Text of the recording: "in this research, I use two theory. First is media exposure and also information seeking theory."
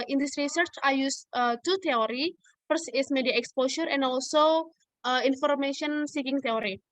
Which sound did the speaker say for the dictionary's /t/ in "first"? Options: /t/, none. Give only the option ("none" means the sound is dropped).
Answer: none